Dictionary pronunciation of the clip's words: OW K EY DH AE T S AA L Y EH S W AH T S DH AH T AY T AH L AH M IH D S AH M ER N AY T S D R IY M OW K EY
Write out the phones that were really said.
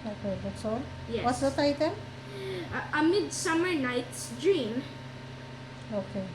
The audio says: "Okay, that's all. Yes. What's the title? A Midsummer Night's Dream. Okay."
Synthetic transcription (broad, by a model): OW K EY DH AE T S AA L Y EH W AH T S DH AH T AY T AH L AH M IH D S AH M ER N AY T S D R IY M OW K EY